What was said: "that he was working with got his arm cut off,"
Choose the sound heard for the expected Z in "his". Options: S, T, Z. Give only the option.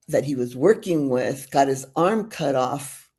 Z